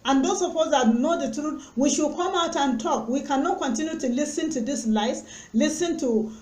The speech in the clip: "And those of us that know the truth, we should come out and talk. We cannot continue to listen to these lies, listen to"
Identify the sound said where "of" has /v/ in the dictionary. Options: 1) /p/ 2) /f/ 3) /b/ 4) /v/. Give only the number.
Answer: 1